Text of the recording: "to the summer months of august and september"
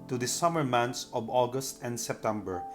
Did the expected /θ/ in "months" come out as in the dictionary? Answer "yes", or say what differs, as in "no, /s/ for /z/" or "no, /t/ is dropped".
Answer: no, /t/ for /θ/